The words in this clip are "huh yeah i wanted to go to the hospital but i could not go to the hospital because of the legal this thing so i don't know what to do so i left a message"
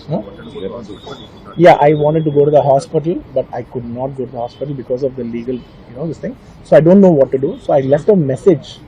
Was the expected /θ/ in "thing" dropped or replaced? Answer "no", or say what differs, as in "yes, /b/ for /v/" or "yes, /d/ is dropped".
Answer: yes, /t/ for /θ/